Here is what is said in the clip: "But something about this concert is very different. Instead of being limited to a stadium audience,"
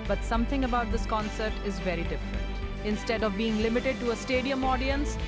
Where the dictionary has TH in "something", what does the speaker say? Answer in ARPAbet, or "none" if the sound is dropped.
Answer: T